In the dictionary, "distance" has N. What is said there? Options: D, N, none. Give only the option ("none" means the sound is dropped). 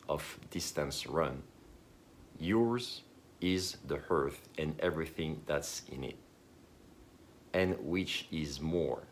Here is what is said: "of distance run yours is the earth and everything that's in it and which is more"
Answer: N